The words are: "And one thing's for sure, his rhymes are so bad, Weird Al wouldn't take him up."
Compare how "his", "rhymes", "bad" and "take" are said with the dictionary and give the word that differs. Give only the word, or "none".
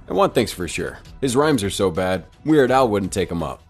none